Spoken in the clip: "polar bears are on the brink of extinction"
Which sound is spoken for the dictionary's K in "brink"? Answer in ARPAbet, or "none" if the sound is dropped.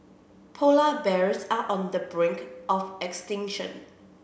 K